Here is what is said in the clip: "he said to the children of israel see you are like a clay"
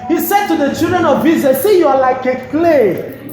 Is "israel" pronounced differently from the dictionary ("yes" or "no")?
yes